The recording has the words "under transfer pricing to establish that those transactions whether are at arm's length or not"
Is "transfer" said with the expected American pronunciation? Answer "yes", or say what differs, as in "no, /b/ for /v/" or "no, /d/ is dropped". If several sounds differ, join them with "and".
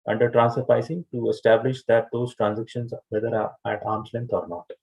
no, /f/ is dropped